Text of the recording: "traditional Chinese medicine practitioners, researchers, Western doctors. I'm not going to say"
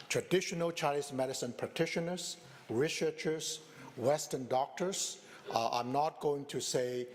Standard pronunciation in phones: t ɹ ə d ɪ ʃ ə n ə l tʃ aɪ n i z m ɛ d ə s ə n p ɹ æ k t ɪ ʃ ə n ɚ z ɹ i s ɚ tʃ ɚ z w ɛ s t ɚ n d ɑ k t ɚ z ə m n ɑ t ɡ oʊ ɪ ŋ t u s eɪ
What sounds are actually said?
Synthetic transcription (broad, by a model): t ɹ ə d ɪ ʃ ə n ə l tʃ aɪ l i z m ɛ d ə s ə n p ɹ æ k t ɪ ʃ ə n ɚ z ɹ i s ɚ tʃ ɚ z w ɛ s t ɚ n d ɑ k t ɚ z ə n ɑ t ɡ oʊ ɪ ŋ t u s eɪ